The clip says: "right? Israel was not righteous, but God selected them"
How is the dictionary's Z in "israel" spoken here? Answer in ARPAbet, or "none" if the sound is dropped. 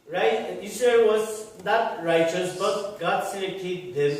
S